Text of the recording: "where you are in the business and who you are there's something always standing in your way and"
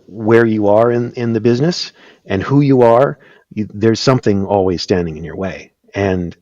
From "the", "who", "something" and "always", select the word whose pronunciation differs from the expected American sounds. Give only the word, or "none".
none